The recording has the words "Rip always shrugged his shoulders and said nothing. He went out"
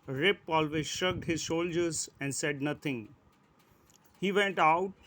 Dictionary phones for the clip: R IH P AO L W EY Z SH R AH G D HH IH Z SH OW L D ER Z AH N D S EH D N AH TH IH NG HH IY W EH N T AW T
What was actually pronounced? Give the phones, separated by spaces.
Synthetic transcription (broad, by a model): R IH P AO L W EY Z SH AH G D HH IH Z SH OW L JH ER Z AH N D S EH D N AH T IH NG HH IY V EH N T AW T